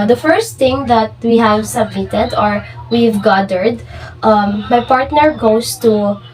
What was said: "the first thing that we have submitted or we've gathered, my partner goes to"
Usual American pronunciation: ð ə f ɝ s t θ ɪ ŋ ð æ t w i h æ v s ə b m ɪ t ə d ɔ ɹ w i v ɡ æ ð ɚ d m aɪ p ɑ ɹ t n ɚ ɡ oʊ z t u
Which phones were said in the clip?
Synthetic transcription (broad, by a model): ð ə f ɝ s t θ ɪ ŋ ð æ t w i h æ v s ə b m ɪ t ə d ɔ ɹ w i v ɡ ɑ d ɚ d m aɪ p ɑ ɹ t n ɚ ɡ oʊ s t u